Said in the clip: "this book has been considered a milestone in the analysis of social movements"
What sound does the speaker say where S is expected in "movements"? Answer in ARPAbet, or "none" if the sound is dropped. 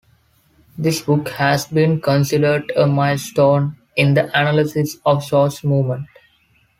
none